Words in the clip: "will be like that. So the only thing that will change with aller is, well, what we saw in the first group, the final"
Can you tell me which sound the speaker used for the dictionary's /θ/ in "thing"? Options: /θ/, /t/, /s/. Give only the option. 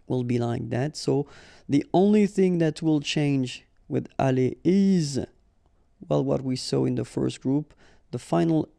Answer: /θ/